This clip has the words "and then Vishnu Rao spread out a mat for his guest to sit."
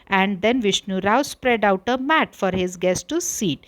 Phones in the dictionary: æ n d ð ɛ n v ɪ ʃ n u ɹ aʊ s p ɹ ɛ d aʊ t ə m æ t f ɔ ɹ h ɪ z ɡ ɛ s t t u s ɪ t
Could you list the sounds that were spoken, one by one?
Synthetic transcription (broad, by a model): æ n d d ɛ n v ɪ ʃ n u ɹ aʊ s p ɹ ɛ d aʊ t ə m æ t f ɔ ɹ h ɪ z ɡ ɛ s t t u s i t